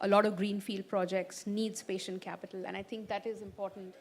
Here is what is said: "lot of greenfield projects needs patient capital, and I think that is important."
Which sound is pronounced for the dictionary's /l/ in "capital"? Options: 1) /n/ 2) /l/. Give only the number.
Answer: 2